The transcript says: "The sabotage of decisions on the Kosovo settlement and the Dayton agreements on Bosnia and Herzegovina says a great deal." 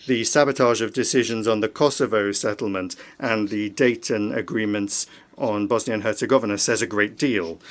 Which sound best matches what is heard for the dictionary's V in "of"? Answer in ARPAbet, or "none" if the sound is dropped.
V